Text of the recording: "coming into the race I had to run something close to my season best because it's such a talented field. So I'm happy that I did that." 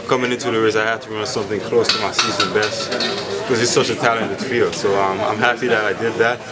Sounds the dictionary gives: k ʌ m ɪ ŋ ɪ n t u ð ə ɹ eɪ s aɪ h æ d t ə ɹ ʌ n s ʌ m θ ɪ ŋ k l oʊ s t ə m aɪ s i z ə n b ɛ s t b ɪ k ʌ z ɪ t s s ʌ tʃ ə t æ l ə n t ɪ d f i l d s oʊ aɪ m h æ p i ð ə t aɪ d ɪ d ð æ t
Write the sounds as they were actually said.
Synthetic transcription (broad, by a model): k ʌ m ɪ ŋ ɪ n t u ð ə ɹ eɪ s aɪ h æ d t ə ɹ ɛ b s ʌ m θ ɪ ŋ k l oʊ s t ə m aɪ s i z ə n b ɛ s t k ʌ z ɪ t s s ʌ tʃ ə t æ l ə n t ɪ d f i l s oʊ aɪ m h æ p i ð ə t aɪ d ɪ d ð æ t